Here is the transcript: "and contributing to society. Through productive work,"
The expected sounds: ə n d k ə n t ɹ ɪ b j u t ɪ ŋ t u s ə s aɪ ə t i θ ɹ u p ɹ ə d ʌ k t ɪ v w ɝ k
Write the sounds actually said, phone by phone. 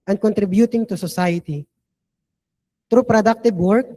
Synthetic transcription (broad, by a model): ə n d k ə n t ɹ ɪ b j u t ɪ ŋ t u s ə s aɪ ə t i t ɹ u p ɹ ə d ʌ k t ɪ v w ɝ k